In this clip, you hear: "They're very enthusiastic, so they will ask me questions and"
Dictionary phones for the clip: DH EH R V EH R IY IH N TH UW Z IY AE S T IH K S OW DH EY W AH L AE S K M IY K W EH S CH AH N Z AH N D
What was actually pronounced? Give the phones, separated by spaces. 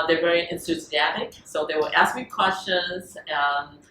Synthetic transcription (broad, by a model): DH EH R V EH R IY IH N T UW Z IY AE T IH K S OW DH EY W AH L AE S K M IY K W EH S CH AH N Z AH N